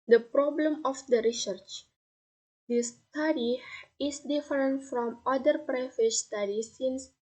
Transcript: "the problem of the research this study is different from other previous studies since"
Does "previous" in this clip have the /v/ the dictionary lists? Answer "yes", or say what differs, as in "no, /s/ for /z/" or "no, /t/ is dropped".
no, /v/ is dropped